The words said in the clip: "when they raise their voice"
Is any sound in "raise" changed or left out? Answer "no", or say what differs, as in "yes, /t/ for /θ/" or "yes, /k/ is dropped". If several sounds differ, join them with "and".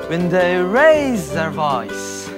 no